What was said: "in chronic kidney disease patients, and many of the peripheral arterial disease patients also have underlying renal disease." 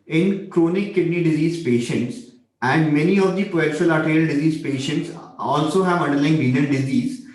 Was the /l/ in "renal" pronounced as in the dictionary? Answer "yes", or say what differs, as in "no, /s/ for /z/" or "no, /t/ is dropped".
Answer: no, /n/ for /l/